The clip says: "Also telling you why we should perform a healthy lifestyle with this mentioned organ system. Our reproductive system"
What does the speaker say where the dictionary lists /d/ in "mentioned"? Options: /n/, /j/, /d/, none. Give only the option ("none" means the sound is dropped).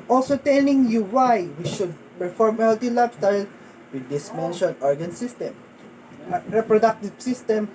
none